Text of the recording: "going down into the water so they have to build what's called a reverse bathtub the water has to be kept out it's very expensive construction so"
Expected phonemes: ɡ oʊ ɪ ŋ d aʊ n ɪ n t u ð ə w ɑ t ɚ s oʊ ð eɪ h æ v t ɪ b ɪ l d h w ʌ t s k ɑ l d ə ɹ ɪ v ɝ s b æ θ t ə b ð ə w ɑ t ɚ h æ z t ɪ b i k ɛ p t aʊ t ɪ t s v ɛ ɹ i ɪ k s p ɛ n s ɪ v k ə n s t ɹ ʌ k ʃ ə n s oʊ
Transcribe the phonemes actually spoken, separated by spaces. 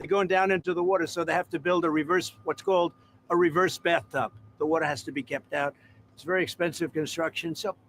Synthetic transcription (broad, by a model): ɡ oʊ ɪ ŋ d aʊ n ɪ n t u ð ə w ɑ t ɚ s oʊ ð eɪ h æ f t ɪ b ɪ l d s w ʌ t s k ɑ l d ə ɹ ɪ v ɝ s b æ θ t ə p ð ə w ɑ t ɚ h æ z t ɪ b i k ɛ p t aʊ t ɪ t s v ɛ ɹ i ɪ k s p ɛ n s ɪ v k ə n s t ɹ ʌ k ʃ ə n s oʊ